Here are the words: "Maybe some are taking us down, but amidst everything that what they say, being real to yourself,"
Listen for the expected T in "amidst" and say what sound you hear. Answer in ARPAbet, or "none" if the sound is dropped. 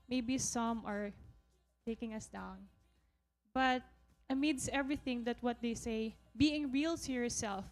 none